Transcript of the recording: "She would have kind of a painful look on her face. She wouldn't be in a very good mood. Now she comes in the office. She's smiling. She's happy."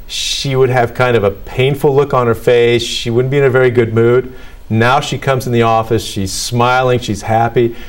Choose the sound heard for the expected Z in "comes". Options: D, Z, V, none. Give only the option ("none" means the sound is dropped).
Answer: Z